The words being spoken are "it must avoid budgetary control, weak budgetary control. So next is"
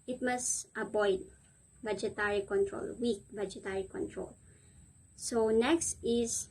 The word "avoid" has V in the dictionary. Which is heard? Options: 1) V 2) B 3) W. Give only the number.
2